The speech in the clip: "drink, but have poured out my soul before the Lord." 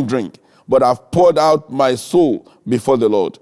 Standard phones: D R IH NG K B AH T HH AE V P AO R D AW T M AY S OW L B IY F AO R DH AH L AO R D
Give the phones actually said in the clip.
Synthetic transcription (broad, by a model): D R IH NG K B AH T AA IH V P AO R D AW T M AY S OW L B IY F AO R DH AH L AO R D